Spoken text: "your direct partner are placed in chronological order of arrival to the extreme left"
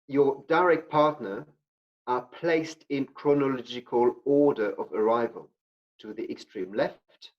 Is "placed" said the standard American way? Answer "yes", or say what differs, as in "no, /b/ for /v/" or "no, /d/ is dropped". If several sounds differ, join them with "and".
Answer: yes